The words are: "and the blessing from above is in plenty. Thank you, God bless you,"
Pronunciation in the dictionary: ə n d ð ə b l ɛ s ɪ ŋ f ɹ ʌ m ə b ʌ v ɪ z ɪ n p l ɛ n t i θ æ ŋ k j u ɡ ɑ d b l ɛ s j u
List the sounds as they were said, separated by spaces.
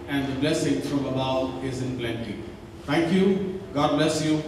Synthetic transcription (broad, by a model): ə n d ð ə b l ɛ s ɪ ŋ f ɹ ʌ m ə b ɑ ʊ ɪ z ɪ n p l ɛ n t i t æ ŋ k j u ɡ ɑ d b l ɛ s j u